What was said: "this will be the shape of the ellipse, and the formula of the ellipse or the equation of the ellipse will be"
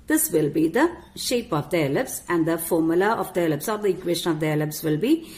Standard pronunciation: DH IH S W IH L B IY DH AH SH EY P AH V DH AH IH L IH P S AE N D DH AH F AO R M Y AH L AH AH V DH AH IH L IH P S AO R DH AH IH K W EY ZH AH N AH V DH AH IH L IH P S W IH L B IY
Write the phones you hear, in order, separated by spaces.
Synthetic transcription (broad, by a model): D IH S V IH L B IY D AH SH EY P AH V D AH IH L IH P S AE N D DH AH F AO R M Y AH L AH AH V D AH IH L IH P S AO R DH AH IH K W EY SH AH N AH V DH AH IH L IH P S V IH L B IY